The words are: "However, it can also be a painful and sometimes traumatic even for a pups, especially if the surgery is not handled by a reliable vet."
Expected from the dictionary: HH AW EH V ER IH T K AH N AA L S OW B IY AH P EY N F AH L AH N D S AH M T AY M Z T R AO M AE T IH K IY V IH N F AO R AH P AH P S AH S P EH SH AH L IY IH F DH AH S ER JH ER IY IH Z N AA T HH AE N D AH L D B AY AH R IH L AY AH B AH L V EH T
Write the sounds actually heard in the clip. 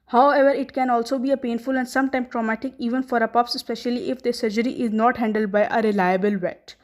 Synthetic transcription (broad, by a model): HH AW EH V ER IH T K AH N AA L S OW B IY AH P EY N F AH L AH N D S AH M T AY M T R AO M AE T IH K IY V IH N F AO R AH P AH P S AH S P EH SH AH L IY IH F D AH S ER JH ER IY IH Z N AA T HH AE N D AH L D B AY AH R IH L AY AH B AH L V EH T